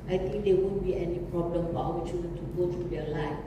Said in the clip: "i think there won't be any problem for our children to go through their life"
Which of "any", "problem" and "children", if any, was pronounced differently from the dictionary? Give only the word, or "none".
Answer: children